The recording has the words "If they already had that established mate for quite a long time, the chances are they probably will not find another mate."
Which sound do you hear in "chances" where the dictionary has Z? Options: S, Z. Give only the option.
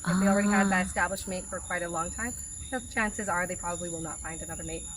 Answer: Z